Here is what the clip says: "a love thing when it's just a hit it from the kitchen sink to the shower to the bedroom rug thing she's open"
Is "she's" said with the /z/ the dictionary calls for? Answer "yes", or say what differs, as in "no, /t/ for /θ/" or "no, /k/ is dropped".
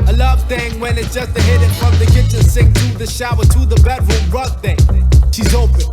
yes